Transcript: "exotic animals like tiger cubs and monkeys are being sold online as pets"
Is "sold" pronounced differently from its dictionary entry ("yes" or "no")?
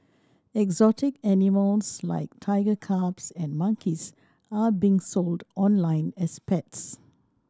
no